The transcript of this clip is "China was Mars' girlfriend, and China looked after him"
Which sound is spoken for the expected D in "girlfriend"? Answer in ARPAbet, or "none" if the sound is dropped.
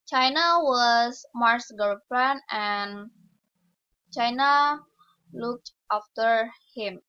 none